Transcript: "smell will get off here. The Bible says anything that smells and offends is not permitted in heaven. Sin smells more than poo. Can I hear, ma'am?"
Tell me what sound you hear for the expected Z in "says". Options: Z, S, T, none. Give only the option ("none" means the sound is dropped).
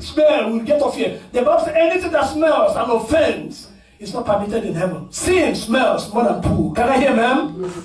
none